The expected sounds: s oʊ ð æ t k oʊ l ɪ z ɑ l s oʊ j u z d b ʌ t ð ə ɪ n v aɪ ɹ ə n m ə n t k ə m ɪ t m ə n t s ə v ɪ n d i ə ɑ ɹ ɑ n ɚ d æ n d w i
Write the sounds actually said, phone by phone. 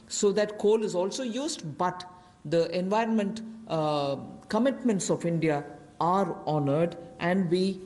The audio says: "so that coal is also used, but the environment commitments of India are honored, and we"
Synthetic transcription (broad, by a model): s oʊ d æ t k oʊ l ɪ z ɑ l s oʊ j u z d b ʌ t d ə ɪ n v aɪ ɹ ə n m ə n t k ə m ɪ t m ə n t s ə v ɪ n d i ə ɑ ɹ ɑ n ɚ d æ n d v i